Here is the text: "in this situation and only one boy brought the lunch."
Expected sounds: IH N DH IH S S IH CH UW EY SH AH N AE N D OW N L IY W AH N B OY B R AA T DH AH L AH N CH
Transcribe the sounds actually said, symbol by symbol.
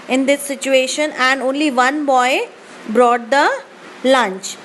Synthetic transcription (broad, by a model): IH N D IH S S IH CH UW EY SH AH N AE N D OW N L IY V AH N B OY B R AA T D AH L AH N CH